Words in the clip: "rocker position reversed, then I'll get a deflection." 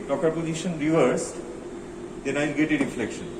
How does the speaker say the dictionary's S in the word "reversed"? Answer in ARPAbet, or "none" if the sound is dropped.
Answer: S